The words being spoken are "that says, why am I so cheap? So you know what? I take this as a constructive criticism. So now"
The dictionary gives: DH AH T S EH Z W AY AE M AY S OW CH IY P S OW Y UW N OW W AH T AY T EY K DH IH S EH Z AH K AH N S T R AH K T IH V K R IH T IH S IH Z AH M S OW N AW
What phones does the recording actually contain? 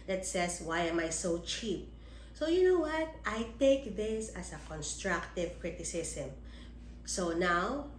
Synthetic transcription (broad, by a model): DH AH T S EH S W AY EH M AY S OW CH IY P S OW Y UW N OW W AH T AY T EY K DH IH S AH S AH K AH N S T R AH K T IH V K R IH T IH S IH S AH M S OW N AW